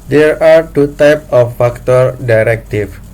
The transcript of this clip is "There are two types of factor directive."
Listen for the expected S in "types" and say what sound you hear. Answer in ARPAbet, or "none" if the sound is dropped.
none